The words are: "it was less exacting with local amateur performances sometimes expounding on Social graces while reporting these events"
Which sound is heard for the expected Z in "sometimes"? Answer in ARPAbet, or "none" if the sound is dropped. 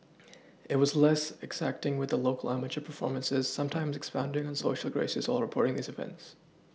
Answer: Z